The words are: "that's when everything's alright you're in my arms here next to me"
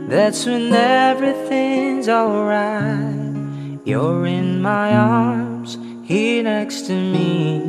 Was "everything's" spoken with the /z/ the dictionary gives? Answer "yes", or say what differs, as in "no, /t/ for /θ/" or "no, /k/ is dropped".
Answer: yes